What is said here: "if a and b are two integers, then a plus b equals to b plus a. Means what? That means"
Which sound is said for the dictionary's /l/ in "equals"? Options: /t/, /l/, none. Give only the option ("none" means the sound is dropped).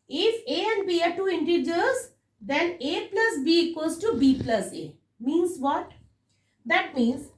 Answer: none